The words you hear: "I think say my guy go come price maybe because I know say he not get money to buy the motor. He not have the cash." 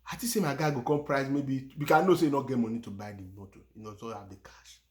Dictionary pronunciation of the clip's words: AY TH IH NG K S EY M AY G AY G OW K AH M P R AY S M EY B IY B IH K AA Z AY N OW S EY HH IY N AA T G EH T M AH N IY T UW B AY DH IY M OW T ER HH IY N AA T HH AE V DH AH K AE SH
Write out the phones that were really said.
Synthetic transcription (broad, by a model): AY T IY S EY M AY G AY G OW K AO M P R AY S M EY B IY B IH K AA AY N OW S EY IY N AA G EH T M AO N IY T UW B AY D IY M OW T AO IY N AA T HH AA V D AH K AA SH